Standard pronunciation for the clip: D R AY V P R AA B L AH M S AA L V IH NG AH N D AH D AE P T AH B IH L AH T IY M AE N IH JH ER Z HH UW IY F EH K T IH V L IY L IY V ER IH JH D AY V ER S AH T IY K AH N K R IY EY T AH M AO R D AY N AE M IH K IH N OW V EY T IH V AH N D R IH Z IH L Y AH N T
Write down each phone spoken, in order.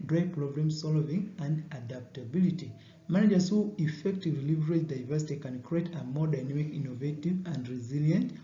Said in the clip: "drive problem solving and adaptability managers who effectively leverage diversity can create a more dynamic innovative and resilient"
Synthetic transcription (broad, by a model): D R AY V P R AA B L AH M S AA L V IH NG AH N D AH D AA P T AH B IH L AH T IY M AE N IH JH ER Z HH UW IY F EH K T IH V L IY L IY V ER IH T D AY V ER S AH T IY K AH N K R IY EY T AH M AO R D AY N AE M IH K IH N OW V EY T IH V AH N D R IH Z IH L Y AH N T